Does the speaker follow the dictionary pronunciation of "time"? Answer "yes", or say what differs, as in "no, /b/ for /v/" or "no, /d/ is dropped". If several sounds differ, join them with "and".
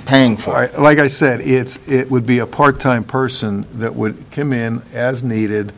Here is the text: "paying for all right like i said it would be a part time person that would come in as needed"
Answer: yes